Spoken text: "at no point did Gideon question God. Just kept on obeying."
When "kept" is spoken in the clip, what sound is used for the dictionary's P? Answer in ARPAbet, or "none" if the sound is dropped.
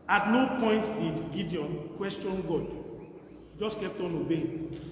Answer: none